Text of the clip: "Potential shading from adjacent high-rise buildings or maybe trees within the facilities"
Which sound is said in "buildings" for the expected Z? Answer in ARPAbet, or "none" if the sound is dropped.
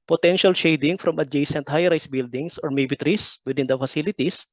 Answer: S